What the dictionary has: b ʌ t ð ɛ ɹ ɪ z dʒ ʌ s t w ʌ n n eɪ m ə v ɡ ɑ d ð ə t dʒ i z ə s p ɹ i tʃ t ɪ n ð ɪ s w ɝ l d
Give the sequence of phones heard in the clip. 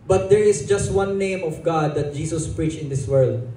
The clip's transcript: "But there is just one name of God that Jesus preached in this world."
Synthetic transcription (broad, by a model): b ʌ t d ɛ ɹ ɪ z dʒ ʌ s t w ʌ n n eɪ m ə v ɡ ɑ d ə t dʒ i s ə s p ɹ i tʃ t ɪ n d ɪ s w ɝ l d